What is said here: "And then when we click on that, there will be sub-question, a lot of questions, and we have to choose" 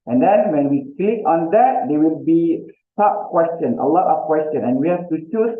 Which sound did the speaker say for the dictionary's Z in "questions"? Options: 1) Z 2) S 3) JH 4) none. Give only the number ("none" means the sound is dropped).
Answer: 4